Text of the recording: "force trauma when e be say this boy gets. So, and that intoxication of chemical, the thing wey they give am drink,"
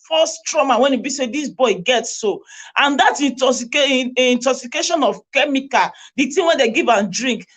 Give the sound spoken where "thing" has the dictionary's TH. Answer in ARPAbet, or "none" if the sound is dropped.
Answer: T